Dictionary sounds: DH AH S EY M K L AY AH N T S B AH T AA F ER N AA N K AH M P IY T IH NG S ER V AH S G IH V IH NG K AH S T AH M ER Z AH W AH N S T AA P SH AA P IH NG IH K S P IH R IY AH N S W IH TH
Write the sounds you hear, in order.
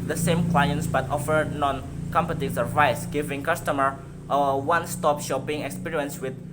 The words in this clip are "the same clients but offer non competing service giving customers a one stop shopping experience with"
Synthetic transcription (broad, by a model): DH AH S EY M K L AY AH N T S B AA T AA F ER N AA N K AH M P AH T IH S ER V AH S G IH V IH NG K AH S T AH M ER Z AH W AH N S T AA P SH AA P IH NG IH K S P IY R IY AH N S W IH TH